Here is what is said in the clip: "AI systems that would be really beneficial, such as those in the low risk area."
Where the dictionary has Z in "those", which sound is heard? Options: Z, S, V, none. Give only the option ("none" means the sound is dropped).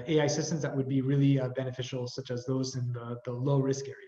Z